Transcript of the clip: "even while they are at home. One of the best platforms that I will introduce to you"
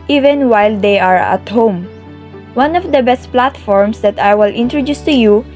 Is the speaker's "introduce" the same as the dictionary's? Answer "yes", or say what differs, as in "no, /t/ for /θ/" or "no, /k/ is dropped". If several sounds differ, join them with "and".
yes